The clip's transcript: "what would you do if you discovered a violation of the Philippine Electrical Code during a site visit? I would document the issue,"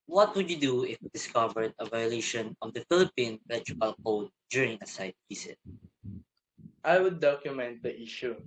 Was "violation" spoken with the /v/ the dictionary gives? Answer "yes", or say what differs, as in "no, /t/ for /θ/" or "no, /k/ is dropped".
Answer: yes